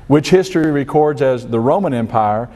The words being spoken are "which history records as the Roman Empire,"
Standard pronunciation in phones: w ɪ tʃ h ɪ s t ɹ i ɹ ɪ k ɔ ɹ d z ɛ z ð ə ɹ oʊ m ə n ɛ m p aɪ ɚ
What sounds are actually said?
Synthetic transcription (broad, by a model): w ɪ tʃ h ɪ s t ɹ i ɹ ɪ k ɔ ɹ d z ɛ z ð ə ɹ oʊ m ə n ɛ m p aɪ ɚ